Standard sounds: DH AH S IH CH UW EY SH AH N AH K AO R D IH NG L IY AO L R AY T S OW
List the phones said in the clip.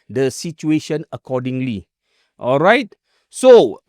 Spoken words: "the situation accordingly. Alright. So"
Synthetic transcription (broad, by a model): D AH S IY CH UW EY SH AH N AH K AO D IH NG L IY AO L R AY T S OW